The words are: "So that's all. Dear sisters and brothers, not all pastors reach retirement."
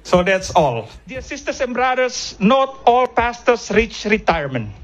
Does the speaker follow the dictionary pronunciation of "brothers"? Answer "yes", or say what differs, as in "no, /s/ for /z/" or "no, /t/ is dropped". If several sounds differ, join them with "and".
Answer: no, /s/ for /z/